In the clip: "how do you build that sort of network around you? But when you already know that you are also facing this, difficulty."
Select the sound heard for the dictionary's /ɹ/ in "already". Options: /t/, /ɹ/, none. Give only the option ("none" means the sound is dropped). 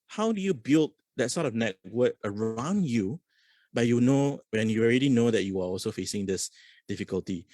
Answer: /ɹ/